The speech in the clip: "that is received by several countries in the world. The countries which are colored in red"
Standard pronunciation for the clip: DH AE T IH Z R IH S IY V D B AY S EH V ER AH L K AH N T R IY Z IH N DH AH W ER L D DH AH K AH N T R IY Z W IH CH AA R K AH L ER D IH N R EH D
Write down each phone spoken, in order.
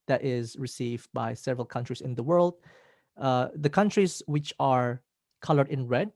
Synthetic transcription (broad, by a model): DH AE T IH Z R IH S IY V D B AY S EH V ER AH L K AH N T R IY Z IH N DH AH W ER L D DH AH K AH N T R IY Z W IH CH AA R K AH L ER D IH N R EH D